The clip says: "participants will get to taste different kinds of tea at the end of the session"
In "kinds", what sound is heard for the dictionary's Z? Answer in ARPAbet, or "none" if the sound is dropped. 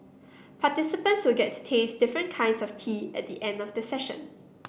S